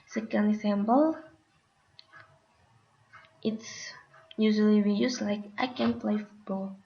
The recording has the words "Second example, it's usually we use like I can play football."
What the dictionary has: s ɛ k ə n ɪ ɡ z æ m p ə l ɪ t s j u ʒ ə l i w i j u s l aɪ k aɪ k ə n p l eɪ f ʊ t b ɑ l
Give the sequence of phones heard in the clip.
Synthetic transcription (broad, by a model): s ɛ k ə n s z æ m b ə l ɪ t s j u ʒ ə l i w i j u s l aɪ k aɪ k ə n p l eɪ f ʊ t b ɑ l